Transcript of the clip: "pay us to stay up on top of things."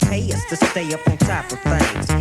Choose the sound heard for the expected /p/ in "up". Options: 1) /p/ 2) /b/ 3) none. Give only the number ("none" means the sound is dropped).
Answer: 1